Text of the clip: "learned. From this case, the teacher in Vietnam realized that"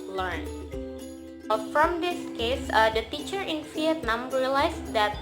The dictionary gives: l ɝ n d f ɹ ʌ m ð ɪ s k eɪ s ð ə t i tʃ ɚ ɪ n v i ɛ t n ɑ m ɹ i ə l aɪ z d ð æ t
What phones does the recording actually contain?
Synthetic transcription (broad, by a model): l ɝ n f ɹ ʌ m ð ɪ s k eɪ s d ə t i tʃ ɚ ɪ n f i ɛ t n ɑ m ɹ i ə l aɪ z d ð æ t